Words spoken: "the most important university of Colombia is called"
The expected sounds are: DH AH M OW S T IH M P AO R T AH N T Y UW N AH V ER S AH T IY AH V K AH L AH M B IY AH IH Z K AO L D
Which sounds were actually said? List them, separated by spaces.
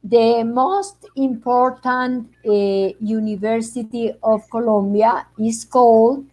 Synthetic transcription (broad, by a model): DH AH M OW S T IH M P AO R T AH N T Y UW N AH V ER S AH T IY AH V K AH L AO M B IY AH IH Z K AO L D